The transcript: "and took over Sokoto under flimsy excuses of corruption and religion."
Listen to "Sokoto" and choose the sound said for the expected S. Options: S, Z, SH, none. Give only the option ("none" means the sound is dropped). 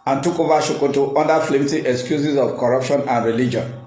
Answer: SH